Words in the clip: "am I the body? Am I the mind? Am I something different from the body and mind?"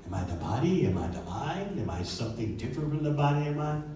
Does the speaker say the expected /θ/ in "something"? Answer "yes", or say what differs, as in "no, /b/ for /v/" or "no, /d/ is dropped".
yes